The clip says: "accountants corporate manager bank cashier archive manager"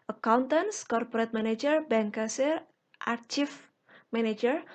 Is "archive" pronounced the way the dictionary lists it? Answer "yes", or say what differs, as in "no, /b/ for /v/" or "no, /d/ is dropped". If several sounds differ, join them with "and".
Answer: no, /f/ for /v/